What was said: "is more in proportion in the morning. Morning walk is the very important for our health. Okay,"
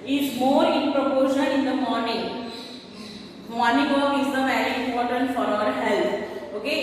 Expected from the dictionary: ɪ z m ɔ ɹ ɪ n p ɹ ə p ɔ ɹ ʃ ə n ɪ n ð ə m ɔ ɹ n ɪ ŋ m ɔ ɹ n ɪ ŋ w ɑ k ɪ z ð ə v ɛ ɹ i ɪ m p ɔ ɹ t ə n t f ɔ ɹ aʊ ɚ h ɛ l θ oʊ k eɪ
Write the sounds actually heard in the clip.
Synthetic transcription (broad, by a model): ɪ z m ɔ ɹ ɪ n p ɹ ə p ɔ ɹ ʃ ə l ɪ n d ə m ɔ ɹ n ɪ ŋ m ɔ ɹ n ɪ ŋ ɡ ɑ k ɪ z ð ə v ɛ ɹ i ɪ m p ɔ ɹ t ə n t f ɔ ɹ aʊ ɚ h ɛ l t oʊ k eɪ